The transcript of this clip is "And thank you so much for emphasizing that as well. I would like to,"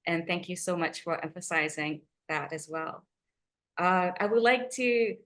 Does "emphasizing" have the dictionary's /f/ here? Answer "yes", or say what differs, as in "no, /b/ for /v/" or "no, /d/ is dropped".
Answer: yes